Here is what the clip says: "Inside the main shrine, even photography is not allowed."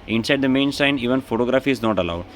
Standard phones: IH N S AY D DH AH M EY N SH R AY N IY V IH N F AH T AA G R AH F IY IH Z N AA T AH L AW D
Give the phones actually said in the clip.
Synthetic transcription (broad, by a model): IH N S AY D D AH M EY N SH AY N IY V IH N F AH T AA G R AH F IY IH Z N AA T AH L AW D